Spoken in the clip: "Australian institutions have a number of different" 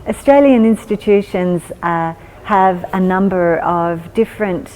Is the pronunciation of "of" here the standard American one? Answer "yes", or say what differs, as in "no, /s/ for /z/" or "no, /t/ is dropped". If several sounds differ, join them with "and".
yes